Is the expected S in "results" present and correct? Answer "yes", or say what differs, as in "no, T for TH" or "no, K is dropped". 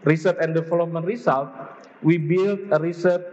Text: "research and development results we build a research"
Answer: no, S is dropped